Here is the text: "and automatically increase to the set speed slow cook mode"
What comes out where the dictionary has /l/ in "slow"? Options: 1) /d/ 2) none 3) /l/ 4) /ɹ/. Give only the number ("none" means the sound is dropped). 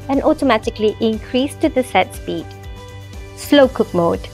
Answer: 3